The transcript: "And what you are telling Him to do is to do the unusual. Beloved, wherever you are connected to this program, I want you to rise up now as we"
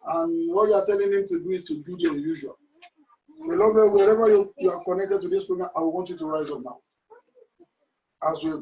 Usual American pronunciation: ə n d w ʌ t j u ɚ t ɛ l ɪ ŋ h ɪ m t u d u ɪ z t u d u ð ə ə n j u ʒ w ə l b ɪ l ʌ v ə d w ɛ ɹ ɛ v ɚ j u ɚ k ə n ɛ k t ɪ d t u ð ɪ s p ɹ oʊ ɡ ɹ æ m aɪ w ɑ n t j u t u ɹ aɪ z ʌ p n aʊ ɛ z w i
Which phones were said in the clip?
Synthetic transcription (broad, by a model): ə n w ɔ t j u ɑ t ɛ l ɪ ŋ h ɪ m t u d u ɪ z t u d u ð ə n j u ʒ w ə l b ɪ l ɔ b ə w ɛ ɹ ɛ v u j u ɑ k ə n ɛ k t ɪ d t u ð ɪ s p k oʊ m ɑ aɪ w ɑ n t j u t u ɹ aɪ z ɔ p n aʊ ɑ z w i